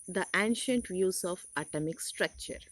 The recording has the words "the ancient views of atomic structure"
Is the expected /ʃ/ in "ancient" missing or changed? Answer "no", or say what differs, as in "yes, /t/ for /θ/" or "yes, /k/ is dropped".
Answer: no